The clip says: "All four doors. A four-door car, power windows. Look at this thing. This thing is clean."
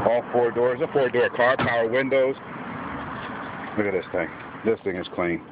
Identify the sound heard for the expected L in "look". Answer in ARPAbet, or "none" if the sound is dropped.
W